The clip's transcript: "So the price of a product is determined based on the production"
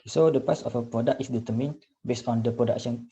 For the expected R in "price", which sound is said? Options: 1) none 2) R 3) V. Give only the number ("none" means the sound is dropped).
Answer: 1